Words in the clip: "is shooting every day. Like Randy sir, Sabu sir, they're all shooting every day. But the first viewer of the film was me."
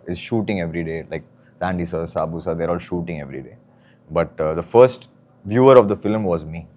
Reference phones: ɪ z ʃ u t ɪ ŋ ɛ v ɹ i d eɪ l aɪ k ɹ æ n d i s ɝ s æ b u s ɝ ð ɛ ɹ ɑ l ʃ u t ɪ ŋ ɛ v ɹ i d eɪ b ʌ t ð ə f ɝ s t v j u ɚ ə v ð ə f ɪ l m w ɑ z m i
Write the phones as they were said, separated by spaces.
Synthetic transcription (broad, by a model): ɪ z ʃ u t ɪ ŋ ɛ v ɹ i d eɪ l aɪ k ɹ æ n d i s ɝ s æ b u s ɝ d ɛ ɹ ɑ l ʃ u t ɪ ŋ ɛ v ɹ i d eɪ b ʌ t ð ə f ɝ s t v j u ɚ ə v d ə f ɪ l m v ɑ z m i